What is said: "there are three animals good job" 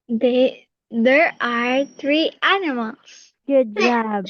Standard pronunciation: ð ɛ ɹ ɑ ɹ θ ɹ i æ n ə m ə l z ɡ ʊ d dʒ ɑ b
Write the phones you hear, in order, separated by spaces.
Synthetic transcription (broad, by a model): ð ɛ ɹ ɑ ɹ t ɹ i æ n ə m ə l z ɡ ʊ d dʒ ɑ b